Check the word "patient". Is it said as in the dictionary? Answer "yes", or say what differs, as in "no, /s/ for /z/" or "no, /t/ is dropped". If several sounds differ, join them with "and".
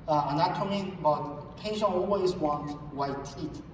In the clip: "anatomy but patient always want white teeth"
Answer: no, /t/ is dropped